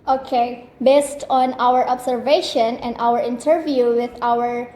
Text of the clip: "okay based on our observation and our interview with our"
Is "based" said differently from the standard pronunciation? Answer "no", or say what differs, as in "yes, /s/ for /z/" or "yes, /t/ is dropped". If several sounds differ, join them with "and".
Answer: no